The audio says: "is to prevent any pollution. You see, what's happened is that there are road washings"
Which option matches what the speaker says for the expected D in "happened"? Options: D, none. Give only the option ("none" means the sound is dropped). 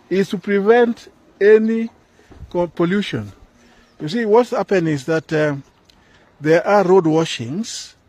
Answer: none